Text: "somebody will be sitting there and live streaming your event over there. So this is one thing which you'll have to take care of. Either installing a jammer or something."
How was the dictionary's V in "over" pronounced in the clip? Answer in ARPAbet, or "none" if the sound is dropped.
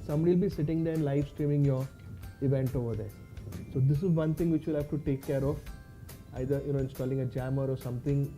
V